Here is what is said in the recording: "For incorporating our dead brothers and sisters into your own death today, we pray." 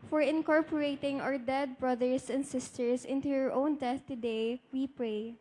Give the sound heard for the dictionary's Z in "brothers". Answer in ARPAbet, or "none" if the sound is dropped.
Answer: S